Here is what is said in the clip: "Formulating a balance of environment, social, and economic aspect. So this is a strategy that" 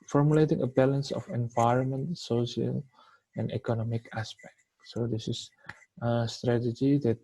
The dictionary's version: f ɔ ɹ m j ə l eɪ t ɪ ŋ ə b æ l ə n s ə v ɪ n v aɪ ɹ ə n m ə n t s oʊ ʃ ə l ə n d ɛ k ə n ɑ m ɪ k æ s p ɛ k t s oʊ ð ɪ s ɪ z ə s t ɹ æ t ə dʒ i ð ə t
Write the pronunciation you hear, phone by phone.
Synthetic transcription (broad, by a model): f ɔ ɹ m j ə l eɪ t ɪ ŋ ə b æ l ə n s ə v ɪ n v aɪ ɹ ə n m ə n t s oʊ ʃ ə l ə n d ɛ k ə n ɑ m ɪ k æ s p ɛ k t s oʊ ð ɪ s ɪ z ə s t ɹ æ t ə dʒ i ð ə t